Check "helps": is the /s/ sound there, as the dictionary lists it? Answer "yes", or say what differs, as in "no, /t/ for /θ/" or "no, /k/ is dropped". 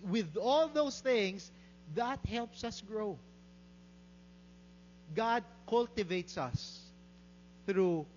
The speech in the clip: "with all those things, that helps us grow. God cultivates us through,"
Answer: yes